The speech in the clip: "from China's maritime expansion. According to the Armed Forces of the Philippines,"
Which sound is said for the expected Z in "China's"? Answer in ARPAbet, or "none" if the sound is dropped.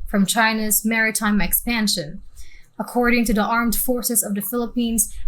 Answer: Z